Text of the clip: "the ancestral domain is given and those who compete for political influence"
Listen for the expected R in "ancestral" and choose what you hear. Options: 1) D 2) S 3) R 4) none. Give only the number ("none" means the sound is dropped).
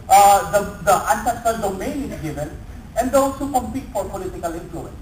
4